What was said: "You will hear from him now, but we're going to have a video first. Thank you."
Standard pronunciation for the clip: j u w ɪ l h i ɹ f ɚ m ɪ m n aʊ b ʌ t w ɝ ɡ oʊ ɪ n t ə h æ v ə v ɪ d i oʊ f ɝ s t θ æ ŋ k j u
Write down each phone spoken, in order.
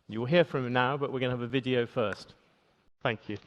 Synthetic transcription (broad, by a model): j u w ɪ l h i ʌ f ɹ ɪ m n aʊ b ʌ t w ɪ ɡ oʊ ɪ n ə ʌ v ə v ɪ d i oʊ f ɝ s t θ æ ŋ k j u